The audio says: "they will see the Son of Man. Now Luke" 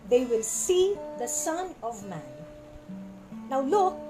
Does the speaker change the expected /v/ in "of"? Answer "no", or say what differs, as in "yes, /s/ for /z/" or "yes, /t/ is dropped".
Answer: no